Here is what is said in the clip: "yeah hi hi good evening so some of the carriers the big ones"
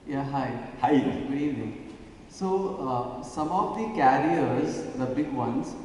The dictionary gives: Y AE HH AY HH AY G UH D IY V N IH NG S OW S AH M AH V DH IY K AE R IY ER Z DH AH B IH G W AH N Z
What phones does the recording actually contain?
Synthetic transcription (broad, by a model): Y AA HH AY HH AY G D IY N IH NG S OW S AH M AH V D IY K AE R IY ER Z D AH B IH G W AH N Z